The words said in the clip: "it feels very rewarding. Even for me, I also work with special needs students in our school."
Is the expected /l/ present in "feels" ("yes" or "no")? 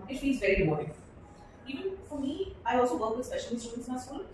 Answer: no